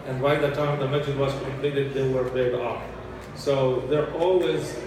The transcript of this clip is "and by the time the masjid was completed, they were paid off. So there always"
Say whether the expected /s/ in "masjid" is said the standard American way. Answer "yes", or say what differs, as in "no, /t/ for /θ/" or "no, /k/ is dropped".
no, /s/ is dropped